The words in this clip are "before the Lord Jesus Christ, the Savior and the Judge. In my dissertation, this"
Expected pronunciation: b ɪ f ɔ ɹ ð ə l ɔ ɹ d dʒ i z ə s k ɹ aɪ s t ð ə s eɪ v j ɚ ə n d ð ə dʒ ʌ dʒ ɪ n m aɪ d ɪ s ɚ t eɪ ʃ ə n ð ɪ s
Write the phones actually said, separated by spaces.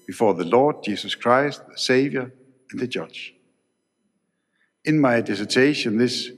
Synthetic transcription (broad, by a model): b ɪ f ɔ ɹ ð ə l ɔ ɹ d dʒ i s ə s k ɹ aɪ s t ð ə s eɪ v j ɚ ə n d ð ə dʒ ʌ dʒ ɪ n m aɪ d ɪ s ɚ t eɪ ʃ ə n ð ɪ s